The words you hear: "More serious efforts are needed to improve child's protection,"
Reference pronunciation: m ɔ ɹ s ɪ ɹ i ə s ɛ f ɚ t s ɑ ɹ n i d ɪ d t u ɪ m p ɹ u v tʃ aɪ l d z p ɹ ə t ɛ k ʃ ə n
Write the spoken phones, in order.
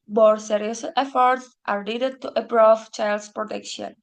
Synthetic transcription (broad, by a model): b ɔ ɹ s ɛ ɹ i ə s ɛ f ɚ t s ɑ ɹ l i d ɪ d t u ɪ p ɹ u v tʃ aɪ l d s p ɹ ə t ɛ k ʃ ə n